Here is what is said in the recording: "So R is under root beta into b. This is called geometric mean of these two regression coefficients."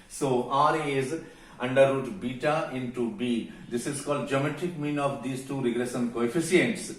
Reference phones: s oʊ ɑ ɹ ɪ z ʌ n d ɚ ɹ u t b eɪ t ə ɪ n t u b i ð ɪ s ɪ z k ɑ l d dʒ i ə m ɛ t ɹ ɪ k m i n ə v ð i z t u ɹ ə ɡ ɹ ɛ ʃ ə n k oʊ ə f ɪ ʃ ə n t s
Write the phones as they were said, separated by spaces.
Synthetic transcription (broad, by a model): s oʊ ɑ ɹ ɪ z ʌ n d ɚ ɹ u t b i t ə ɪ n t u b i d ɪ s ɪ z k ɑ l d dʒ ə m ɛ t ɪ k m i n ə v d i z t u ɹ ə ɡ l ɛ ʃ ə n k oʊ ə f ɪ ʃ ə n t s